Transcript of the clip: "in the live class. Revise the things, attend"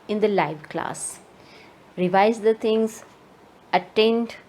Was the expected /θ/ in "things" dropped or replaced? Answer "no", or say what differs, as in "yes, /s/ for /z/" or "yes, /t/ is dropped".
yes, /t/ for /θ/